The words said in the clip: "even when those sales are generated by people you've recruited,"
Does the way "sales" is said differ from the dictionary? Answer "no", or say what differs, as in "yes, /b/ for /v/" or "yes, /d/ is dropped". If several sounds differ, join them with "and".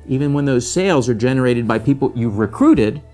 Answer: no